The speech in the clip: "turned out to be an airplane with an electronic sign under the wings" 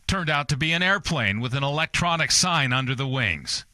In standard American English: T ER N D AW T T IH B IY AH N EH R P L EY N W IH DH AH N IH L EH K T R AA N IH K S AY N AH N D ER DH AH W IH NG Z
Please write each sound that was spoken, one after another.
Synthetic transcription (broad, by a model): T ER N D AW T T IH B IY AH N EH R P L EY N W IH DH AH N IH L EH K T R AA N IH K S AY N AH N D ER DH AH W IH NG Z